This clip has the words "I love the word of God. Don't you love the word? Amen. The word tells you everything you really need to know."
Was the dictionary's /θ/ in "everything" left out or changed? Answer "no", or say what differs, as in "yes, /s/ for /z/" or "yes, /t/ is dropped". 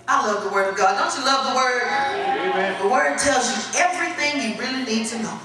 no